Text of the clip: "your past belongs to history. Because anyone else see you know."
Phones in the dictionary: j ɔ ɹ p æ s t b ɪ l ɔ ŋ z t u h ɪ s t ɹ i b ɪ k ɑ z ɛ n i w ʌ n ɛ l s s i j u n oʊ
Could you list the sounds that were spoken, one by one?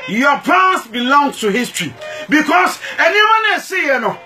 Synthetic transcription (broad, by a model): j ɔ p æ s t b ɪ l ɔ ŋ s t u h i s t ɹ i b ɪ k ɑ s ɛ n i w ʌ n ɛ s s i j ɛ n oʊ